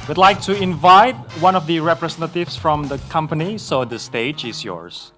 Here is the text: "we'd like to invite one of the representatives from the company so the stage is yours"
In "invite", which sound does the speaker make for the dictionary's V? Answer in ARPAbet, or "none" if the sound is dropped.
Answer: V